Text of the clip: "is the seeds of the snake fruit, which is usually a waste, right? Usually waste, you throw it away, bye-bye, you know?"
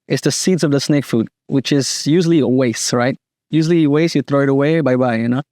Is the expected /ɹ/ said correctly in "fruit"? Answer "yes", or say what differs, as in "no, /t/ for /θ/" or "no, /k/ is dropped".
no, /ɹ/ is dropped